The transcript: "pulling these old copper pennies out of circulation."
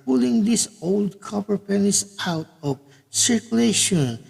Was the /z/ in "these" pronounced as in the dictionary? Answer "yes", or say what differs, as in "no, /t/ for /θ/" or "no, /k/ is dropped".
no, /s/ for /z/